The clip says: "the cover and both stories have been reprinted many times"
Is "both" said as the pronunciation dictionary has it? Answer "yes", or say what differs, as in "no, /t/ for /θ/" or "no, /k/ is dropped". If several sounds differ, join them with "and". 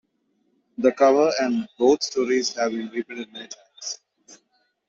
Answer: no, /t/ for /θ/